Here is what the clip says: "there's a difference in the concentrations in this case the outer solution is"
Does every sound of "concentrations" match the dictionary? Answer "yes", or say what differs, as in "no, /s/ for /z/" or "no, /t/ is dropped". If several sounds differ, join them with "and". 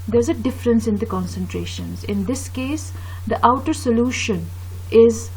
yes